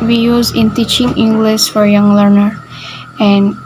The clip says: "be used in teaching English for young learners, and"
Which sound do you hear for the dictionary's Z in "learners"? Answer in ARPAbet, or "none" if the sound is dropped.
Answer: none